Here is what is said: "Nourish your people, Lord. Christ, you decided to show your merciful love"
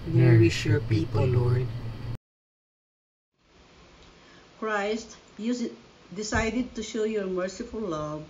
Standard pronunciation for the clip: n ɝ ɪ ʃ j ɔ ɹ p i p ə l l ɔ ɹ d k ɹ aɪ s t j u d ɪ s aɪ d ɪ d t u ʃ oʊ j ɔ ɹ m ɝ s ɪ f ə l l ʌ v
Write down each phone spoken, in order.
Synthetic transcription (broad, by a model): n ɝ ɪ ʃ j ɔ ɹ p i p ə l l ɔ ɹ d k ɹ aɪ s t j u d ɪ s aɪ d ɪ d t u ʃ oʊ j ɔ ɹ m ɝ s ɪ f ə l l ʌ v